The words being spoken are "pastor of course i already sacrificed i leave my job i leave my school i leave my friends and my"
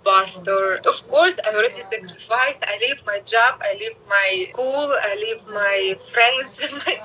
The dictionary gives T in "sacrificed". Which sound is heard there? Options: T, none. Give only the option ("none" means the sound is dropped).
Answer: none